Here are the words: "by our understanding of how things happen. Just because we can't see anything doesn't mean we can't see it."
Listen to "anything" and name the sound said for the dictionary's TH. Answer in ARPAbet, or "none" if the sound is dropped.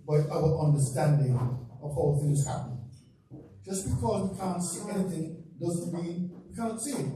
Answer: TH